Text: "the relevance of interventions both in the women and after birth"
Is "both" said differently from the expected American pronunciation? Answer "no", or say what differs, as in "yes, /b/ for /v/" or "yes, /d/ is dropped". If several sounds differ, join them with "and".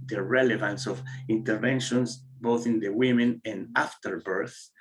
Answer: no